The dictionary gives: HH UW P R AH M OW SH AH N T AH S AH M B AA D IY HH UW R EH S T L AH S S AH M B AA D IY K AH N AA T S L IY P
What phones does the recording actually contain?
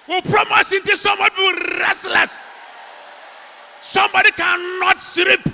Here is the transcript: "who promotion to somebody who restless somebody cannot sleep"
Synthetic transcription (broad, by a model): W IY P R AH M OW S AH N T AH S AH M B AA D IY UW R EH S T L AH S S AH M B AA D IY K AH N AA T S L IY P